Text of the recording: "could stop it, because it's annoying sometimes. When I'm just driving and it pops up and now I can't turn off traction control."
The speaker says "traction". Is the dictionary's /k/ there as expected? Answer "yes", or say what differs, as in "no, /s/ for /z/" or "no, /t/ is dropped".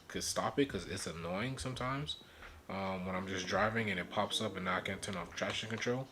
no, /k/ is dropped